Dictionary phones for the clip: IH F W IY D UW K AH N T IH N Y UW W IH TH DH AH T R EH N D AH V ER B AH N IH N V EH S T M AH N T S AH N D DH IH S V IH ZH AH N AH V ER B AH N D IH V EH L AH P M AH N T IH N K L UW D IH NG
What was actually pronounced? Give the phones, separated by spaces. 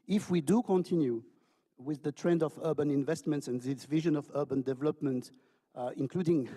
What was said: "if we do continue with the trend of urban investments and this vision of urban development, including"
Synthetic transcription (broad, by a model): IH F W IY D UW K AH N T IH N Y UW W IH DH AH T R EH N D AH V ER B AH N IH N V EH S T M AH N T S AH N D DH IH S V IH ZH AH N AH V ER B AH N D IH V EH L AH P M AH N T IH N K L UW D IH NG